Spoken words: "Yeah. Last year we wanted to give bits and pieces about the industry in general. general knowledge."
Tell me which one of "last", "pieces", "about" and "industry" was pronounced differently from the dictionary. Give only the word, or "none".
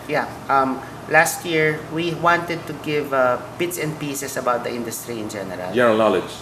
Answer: pieces